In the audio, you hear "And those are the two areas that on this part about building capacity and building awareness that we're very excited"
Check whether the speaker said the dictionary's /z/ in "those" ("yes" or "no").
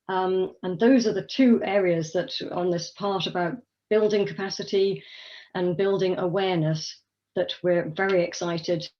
yes